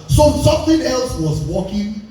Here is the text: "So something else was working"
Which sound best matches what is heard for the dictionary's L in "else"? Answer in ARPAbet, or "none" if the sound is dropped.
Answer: L